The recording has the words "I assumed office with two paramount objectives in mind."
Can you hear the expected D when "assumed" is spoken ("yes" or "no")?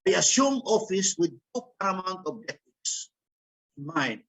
no